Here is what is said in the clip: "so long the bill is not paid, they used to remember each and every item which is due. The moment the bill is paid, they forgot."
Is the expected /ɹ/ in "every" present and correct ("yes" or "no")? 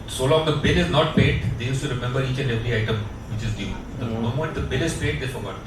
no